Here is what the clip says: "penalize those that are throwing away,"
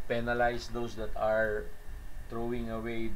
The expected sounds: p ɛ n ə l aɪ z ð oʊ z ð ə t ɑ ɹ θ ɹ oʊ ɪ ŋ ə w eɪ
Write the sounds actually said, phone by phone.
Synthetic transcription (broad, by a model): p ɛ n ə l aɪ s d oʊ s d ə t ɑ ɹ t ɹ oʊ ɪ ŋ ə w eɪ